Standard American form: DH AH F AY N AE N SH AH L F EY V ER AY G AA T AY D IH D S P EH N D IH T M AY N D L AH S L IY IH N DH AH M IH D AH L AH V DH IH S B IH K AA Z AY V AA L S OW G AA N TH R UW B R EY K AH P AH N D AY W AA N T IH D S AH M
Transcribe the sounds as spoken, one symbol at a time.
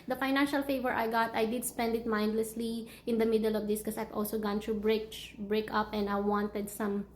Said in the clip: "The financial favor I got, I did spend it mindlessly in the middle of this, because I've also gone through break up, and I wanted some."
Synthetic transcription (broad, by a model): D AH F AY N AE N SH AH L F EY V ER AY G AA T AY D IH D S P EH N D IH T M AY N D L AH S L IY IH N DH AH M IH D AH L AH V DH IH S K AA S AY V AA L S OW G AA N T R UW B R EY K AH P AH N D AY W AA N T IH D S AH M